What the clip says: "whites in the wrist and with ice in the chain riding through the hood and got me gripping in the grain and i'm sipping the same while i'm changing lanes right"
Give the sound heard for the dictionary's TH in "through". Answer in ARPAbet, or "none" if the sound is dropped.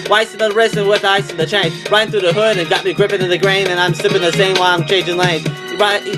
TH